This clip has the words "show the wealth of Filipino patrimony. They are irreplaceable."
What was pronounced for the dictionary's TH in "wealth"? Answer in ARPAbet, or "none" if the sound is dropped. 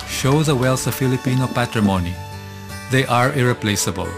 S